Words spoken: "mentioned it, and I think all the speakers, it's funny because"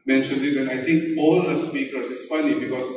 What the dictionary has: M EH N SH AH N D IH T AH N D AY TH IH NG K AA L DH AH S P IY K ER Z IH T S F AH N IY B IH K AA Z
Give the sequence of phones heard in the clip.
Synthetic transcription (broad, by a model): M EH N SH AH N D IH T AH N AY T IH NG K AA L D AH S P IY K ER S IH S F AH N IY B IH K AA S